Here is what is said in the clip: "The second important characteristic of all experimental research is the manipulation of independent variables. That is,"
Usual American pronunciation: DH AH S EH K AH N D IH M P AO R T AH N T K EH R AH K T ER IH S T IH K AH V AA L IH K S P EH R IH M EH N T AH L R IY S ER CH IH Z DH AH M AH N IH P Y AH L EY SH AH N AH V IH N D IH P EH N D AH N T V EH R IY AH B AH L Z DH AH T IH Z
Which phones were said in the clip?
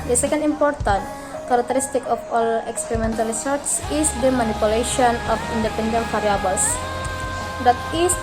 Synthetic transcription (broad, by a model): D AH S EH K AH N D IH M P AO R T AH N T K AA R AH K T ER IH S T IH K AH F AA L IH K S P EH R IH M EH N T AH L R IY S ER S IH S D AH M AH N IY P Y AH L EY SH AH N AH F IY N D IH P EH N D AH N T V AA R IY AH B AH L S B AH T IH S